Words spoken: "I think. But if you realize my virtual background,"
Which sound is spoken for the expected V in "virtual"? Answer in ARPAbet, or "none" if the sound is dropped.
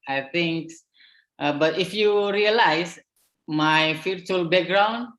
F